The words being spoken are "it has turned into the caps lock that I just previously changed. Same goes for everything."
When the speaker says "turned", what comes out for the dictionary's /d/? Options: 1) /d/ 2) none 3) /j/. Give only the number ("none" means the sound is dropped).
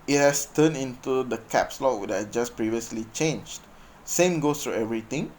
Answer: 2